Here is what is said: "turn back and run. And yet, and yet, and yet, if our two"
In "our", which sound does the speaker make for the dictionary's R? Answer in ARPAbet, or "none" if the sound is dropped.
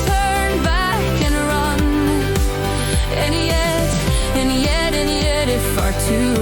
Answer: R